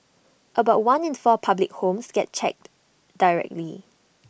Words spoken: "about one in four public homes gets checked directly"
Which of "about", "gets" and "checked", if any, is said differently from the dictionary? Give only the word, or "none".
gets